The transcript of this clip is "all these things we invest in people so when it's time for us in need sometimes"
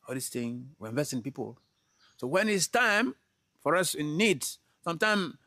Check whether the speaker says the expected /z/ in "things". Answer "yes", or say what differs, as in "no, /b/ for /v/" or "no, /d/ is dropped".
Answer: no, /z/ is dropped